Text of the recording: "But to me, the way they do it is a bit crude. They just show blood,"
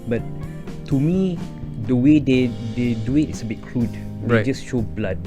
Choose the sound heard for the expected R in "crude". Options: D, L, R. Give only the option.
L